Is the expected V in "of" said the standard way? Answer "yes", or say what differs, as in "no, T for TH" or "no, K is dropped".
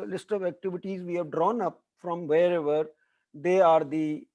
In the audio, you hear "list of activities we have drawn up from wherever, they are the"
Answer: yes